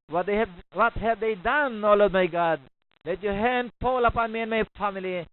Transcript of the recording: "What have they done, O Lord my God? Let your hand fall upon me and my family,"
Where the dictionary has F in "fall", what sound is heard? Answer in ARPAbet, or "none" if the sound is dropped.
P